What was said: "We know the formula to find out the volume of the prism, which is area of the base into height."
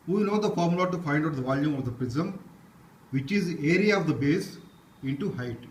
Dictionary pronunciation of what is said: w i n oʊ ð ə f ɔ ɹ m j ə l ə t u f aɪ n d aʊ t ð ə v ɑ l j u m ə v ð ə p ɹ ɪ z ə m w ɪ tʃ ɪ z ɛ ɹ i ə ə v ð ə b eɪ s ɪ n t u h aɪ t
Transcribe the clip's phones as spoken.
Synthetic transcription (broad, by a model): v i n oʊ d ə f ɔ ɹ m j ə l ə t u f aɪ n d aʊ t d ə v ɑ l j u m ə v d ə p ɹ ɪ z ə m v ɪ tʃ ɪ z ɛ ɹ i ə ə v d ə b eɪ s ɪ n t u h aɪ t